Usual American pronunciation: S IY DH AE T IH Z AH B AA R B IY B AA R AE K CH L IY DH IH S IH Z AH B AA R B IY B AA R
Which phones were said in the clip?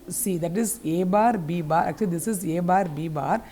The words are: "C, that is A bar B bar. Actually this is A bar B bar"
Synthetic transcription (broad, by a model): S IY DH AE T IH Z AH B AA R B IY B AA R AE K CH IY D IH S IH Z AH B AA R B IY B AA R